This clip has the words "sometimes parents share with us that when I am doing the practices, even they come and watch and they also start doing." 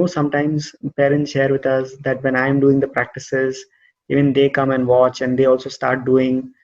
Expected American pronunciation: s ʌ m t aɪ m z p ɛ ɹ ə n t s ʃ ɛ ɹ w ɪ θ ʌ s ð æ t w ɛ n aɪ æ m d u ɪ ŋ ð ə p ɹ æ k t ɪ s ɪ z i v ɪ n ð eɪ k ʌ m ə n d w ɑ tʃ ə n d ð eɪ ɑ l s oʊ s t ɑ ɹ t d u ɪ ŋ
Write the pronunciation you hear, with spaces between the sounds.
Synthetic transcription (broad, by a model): s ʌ m t aɪ m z p ɛ ɹ ə n t s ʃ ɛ ɹ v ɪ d ʌ s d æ t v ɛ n aɪ m d u ɪ ŋ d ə p ɹ æ k t ɪ s ɪ z i v ɪ n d eɪ k ʌ m ə n d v ɑ tʃ ə n d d eɪ ɑ l s oʊ s t ɑ ɹ t d u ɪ ŋ